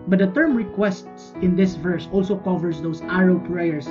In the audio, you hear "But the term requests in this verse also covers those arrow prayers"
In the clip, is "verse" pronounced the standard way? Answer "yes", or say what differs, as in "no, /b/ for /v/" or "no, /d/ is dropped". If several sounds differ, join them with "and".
yes